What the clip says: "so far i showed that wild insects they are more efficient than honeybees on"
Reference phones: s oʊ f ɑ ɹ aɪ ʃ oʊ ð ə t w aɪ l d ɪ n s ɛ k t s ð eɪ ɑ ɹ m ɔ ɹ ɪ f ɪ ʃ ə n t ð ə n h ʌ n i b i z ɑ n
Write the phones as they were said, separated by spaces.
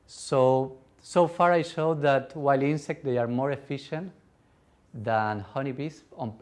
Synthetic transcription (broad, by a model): s oʊ f ɑ ɹ aɪ ʃ oʊ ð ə t w aɪ l i n s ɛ k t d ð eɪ ɑ ɹ m ɔ ɹ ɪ f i ʃ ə n t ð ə n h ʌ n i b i s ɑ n